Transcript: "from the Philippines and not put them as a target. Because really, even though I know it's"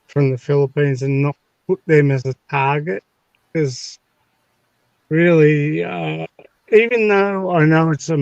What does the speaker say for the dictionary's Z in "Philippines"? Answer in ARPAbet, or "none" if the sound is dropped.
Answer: Z